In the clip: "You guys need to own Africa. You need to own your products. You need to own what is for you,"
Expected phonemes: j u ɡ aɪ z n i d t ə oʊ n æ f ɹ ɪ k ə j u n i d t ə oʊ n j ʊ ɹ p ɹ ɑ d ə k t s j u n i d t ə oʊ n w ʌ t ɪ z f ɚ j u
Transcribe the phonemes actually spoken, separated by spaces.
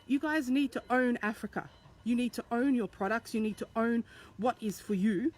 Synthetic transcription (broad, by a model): j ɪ ɡ aɪ z n i d t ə oʊ n æ f ɹ ɪ k ə j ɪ n i d t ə oʊ n j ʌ ɹ p ɹ ɑ d ə k t s j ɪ n i d t ə oʊ n w ʌ t ɪ z f ɚ j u